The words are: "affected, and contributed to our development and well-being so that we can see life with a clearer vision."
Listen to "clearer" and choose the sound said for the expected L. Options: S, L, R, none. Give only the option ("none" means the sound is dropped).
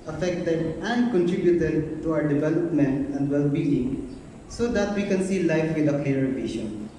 none